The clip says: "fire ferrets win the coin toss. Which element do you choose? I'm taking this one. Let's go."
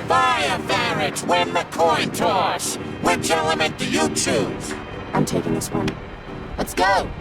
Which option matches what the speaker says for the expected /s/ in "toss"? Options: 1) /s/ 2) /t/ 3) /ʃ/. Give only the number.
3